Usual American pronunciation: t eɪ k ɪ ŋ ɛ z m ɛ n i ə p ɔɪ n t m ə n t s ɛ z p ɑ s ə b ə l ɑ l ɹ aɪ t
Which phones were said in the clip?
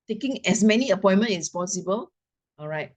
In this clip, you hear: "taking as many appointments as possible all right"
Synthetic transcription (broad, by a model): t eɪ k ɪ ŋ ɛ s m ɛ n i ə p ɔɪ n m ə n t ɛ s p ɑ s ə b ə l ɑ l ɹ aɪ t